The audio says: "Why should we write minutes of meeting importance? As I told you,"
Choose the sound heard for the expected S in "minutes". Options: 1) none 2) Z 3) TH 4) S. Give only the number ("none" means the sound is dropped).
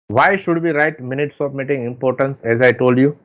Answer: 4